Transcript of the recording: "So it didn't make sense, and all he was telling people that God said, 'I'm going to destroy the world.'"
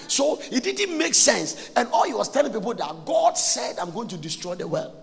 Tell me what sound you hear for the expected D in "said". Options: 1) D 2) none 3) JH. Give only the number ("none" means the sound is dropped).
1